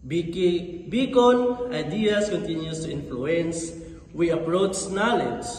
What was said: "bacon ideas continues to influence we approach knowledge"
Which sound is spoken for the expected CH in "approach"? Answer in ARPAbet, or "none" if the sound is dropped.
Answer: S